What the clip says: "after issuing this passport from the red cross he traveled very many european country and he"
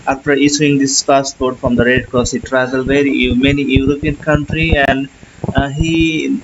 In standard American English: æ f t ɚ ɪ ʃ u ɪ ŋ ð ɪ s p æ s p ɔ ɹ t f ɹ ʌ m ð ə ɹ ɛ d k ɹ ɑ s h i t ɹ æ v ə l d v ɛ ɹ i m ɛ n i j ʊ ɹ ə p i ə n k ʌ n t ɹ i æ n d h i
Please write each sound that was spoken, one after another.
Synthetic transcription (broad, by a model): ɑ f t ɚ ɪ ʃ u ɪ ŋ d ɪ s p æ s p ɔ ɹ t f ɹ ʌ m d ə ɹ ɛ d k ɑ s h i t ɹ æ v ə l v ɛ ɹ i m ɛ n i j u ɹ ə p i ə n k ʌ n t ɹ i æ n d h i